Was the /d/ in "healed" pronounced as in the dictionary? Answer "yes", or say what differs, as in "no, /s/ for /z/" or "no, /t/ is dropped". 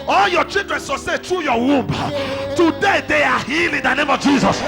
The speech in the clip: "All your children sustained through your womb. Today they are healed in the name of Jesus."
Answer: no, /d/ is dropped